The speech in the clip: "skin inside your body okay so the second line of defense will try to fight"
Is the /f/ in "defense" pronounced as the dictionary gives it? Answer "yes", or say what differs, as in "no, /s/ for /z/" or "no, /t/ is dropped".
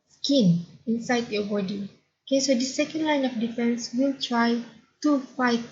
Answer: yes